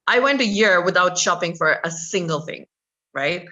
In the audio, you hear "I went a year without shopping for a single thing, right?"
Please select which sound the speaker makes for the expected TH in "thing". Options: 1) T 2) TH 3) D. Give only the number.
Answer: 2